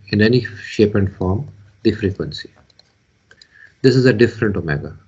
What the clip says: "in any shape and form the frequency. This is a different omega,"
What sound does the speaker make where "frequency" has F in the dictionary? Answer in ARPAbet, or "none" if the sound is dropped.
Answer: F